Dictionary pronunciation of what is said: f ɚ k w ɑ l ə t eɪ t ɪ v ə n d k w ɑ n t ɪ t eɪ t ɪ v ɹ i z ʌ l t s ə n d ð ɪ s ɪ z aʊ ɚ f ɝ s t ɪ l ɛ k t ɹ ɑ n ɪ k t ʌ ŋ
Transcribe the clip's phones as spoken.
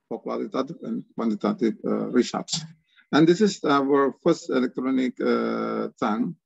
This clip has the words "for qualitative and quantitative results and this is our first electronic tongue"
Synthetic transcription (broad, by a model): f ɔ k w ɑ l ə t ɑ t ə n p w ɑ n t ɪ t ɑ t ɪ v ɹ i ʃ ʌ t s ə n d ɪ s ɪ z aʊ ɚ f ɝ s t ɪ l ɛ k t ɹ ɑ n ɪ k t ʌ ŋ